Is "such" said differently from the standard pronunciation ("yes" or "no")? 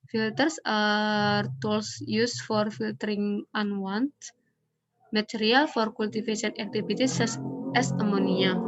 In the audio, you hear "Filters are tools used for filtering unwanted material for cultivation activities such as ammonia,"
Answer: yes